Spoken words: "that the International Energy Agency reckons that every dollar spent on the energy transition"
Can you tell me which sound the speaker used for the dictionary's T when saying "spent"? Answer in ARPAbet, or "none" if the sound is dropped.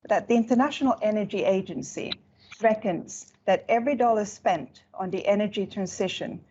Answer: T